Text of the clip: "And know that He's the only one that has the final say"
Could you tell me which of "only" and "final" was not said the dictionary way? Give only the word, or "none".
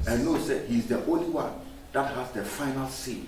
none